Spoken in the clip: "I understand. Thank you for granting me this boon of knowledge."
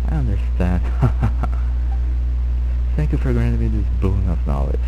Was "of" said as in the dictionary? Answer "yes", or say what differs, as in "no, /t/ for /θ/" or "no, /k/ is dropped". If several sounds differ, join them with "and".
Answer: no, /p/ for /v/